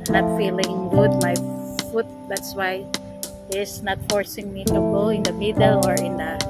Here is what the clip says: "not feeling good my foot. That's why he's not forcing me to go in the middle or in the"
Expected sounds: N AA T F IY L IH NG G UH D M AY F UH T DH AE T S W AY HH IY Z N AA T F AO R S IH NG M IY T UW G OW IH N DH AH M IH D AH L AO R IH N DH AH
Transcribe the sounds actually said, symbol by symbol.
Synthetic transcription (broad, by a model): N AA T F IY L IH NG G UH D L AY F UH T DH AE T S W AY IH S N AA T F AO R S IH NG M IY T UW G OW IH N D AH M IH D AH L AO R IH N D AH